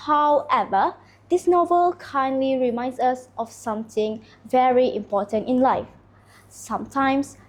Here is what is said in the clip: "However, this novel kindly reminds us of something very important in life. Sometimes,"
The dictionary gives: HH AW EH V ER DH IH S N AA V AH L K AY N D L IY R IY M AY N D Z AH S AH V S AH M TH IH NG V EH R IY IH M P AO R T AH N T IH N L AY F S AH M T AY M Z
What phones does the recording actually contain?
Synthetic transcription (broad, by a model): HH AW EH V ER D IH S N AA V AH L K AY N D L IY R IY M AY N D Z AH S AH F S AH M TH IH NG V EH R IY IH M P AO T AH N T IH N L AY F S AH M T AY M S